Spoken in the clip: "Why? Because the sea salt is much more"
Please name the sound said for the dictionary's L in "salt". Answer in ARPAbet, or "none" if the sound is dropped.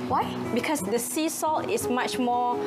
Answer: L